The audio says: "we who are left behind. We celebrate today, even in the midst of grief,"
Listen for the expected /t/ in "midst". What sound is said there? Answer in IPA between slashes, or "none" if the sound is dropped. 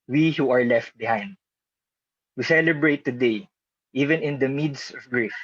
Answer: none